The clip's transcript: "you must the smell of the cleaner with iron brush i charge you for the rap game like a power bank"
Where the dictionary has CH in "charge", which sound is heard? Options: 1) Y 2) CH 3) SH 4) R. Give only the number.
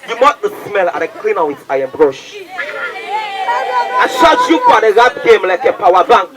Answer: 3